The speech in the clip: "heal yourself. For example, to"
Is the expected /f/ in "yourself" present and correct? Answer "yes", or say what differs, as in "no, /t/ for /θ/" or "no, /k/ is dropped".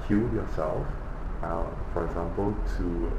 yes